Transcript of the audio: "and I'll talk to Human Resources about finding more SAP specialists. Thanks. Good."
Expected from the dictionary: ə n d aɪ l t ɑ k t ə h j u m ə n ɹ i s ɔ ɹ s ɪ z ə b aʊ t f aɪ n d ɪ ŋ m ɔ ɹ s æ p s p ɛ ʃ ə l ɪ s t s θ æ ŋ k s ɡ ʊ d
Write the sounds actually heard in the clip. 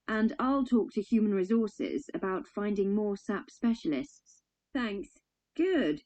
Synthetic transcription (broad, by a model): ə n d aɪ l t ɑ k t ə h j u m ə n ɹ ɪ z ɔ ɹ s ɪ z ə b aʊ t f aɪ n d ɪ ŋ m ɔ s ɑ p s p ɛ ʃ ə l ɪ s t s θ æ ŋ k s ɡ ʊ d